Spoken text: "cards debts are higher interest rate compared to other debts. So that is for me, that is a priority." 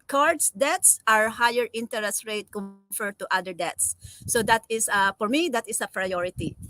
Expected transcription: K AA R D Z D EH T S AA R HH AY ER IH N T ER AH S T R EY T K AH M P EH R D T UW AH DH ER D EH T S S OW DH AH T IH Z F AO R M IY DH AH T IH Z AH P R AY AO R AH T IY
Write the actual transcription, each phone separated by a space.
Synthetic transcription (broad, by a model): K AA R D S D EH T S AA R HH AY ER IH N T ER AH S T R EY T K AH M F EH R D T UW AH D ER D EH T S S OW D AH T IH S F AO R M IY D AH T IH S AH P R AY AO R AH T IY